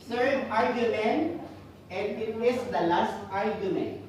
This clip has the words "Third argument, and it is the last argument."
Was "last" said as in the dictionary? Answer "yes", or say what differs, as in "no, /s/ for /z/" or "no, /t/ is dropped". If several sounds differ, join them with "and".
yes